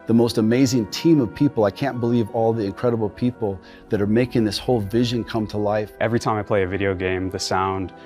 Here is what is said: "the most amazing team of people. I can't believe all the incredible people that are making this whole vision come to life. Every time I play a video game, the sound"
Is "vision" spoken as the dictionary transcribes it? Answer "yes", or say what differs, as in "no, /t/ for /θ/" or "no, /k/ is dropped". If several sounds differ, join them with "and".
yes